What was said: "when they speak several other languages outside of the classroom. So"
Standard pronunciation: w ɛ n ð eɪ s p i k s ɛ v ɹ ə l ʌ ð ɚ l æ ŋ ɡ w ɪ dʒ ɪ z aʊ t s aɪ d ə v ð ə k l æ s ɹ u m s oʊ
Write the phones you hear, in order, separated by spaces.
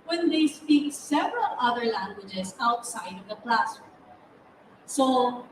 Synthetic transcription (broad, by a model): w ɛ n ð eɪ s p i k s ɛ v ɹ ə l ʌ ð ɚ l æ ŋ ɡ w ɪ dʒ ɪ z aʊ t s aɪ d ə v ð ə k l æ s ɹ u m s oʊ